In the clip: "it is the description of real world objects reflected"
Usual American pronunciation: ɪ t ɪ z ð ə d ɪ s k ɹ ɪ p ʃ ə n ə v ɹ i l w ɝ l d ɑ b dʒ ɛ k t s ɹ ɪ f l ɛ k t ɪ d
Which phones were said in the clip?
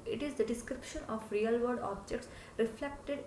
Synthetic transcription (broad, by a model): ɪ t ɪ z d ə d ɪ s k ɹ ɪ p ʃ ə n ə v ɹ i l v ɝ d ɑ b dʒ ɛ k t s ɹ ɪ f l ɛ k t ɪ d